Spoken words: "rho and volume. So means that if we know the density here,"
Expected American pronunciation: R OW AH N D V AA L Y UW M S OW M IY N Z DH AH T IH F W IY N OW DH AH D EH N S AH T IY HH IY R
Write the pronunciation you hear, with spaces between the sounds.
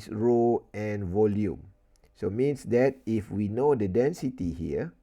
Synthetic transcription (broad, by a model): R OW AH N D V AA L Y UW M S OW M IY N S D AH T IH F W IY N OW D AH D EH N S AH T IY HH IY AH